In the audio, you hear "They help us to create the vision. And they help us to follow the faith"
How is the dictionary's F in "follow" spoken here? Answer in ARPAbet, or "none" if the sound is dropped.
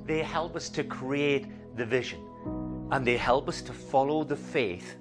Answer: F